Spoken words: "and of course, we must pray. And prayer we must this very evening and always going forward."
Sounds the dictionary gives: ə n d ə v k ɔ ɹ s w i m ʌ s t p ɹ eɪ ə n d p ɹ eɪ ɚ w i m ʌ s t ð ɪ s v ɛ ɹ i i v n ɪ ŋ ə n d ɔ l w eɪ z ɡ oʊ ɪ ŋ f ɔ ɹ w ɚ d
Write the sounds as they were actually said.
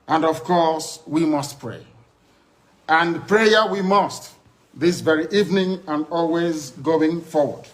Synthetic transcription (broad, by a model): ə n d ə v k ɔ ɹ s w i m ʌ s t p ɹ eɪ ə n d p ɹ eɪ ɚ w i m ʌ s t ð ɪ s v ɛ ɹ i i v n ɪ ŋ ə n d ɔ l w eɪ z ɡ oʊ ɪ ŋ f ɔ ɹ w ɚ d